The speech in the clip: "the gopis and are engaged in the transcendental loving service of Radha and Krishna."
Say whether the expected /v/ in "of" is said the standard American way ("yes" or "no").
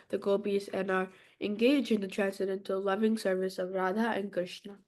yes